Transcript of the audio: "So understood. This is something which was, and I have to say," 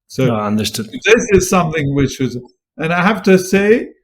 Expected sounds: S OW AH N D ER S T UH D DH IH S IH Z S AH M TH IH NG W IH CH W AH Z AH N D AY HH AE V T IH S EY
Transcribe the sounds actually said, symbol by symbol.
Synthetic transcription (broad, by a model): S OW AH N D ER S T UH D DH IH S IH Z S AH M TH IH NG W IH CH W AH Z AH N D AY HH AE F T IH S EY